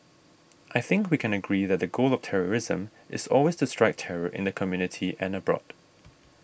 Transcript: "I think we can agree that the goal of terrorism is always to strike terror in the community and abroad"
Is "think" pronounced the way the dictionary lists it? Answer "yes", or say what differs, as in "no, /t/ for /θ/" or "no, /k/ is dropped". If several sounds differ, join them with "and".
yes